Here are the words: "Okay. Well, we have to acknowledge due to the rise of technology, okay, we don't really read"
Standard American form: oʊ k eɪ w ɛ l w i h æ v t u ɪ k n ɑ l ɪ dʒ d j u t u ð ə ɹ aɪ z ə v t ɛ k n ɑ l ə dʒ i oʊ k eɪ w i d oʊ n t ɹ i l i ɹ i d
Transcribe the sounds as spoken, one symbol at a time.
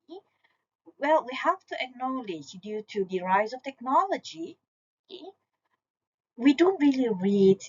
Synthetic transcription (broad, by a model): w ɛ l w i h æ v t u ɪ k n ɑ l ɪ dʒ d j u t u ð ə ɹ aɪ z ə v t ɛ k n ɑ l ə dʒ i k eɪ w i d oʊ n t ɹ i l i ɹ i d